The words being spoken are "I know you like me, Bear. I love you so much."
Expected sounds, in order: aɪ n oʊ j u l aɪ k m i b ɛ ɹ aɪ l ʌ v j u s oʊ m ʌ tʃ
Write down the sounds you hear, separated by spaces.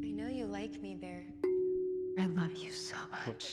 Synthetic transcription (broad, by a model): aɪ n oʊ j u l aɪ k m i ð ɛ ɹ aɪ l ʌ v j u s oʊ m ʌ tʃ